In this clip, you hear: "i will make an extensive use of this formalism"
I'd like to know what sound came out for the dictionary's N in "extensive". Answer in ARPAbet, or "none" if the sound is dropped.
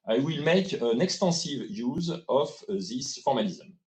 none